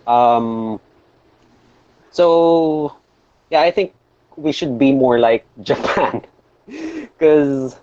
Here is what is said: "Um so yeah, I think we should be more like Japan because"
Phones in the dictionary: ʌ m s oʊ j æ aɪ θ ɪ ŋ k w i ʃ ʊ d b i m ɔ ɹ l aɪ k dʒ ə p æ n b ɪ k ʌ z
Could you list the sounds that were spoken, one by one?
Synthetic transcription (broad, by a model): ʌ m s oʊ j æ aɪ θ ɪ ŋ k w i ʃ ʊ d b i m ɔ ɹ l aɪ k dʒ ə p æ n k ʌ z